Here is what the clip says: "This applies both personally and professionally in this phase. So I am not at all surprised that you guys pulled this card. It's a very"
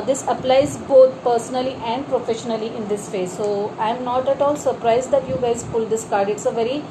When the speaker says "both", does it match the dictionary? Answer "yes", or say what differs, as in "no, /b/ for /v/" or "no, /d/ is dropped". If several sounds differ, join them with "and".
no, /t/ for /θ/